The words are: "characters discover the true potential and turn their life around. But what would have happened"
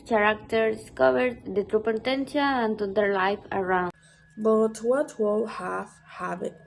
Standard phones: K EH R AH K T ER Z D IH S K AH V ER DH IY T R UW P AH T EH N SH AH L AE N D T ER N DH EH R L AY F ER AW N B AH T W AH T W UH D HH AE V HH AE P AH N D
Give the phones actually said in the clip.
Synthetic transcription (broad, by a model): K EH R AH K T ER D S K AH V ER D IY T R UW P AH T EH N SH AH N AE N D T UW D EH R L AY F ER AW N B AH T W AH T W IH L HH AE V HH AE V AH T